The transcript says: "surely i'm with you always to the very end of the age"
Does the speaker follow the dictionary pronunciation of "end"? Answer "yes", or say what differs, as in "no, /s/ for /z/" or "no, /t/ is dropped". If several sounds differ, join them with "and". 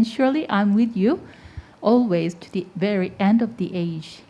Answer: yes